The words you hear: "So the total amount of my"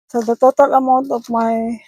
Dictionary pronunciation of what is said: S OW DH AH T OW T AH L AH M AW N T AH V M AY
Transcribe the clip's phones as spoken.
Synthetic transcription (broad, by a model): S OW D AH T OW T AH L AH M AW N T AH P M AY